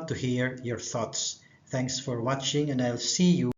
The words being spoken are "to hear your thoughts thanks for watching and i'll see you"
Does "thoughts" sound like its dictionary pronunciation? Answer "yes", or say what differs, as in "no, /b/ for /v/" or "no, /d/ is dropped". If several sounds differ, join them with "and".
yes